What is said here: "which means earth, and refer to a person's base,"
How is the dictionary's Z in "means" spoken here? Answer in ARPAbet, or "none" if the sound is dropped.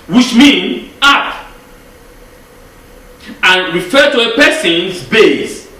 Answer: none